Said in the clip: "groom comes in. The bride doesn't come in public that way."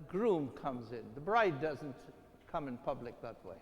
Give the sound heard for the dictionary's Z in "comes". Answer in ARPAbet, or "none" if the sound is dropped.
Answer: Z